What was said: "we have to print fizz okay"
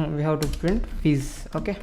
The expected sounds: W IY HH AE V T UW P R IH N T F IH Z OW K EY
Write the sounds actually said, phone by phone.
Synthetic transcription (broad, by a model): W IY HH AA W T UW P R IH N T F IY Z OW K EY